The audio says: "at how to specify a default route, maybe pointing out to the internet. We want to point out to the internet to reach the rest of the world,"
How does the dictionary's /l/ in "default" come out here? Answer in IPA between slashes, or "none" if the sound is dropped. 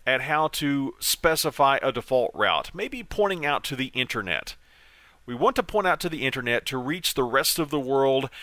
/l/